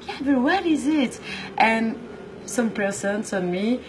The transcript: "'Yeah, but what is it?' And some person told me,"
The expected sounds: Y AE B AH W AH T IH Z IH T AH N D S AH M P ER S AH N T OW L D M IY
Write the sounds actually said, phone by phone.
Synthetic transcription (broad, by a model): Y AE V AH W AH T IH Z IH T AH N S AH M P ER S AH N S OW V M IY